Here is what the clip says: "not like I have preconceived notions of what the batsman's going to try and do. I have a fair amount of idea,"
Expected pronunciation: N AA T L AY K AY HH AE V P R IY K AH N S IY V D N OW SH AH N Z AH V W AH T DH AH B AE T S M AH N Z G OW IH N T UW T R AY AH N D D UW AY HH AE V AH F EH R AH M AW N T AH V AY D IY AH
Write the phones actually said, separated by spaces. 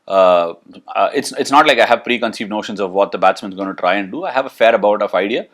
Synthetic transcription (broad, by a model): N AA T L AY K AY HH AE V P R IY K AH N S IY V D N OW SH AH N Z AH V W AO T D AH B AE T S M AH N Z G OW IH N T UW T R AY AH N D D UW AY HH AE V AH F EH R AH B AW T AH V AY D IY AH